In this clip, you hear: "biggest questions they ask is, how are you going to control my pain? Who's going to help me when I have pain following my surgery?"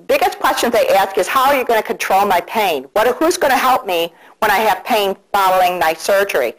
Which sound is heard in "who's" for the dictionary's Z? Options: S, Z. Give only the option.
Z